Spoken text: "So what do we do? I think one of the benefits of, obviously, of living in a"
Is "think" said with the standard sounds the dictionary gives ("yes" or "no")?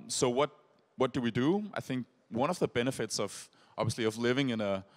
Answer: yes